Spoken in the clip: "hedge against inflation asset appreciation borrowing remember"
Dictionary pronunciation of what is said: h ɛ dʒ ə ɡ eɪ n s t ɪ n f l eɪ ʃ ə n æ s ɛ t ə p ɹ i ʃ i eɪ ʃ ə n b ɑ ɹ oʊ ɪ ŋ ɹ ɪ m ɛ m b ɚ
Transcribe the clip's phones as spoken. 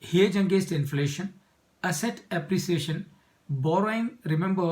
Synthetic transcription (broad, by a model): h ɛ dʒ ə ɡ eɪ s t ɪ n f l eɪ ʃ ə n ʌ s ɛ t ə p ɹ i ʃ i eɪ ʃ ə n b ɑ ɹ oʊ ɪ ŋ ɹ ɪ m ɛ m b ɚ